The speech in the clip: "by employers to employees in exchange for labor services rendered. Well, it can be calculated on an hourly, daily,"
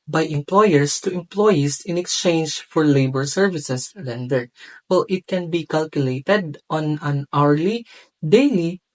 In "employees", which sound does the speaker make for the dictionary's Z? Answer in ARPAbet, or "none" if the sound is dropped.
S